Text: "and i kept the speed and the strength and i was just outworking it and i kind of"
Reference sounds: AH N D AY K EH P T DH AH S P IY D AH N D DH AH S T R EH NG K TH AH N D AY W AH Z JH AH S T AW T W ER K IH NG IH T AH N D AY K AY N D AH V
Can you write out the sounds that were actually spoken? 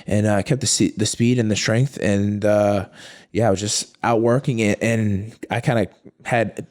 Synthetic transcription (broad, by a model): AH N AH AY K EH P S DH AH S P IY D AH N DH AH S T R EH NG K TH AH N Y AY W AH Z JH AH S T AW T W ER K IH NG IH T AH N AY K AY N D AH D